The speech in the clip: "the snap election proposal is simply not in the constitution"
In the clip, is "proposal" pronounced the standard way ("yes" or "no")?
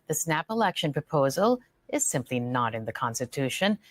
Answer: yes